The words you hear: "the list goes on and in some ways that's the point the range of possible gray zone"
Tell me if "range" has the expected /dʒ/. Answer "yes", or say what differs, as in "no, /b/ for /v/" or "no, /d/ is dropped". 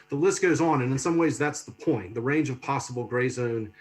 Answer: yes